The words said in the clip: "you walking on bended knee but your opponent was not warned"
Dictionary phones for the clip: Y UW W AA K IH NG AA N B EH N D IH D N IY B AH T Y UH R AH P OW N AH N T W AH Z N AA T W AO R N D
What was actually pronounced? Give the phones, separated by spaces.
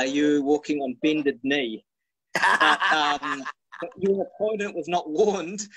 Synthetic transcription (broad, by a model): Y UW W AA K IH NG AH N B EH N D IH D N IY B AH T Y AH R AH P OW N AH N T W AH Z N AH T W AO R N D